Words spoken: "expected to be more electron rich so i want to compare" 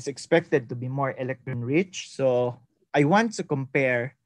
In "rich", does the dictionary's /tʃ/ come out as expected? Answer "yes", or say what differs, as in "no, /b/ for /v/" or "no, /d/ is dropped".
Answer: yes